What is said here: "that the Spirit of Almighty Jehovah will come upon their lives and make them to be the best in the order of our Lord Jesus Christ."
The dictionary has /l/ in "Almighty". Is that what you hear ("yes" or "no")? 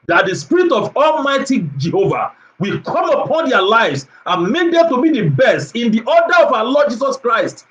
yes